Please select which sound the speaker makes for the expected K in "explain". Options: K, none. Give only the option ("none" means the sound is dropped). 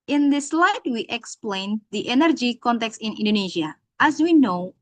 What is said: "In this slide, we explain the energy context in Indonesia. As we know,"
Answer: K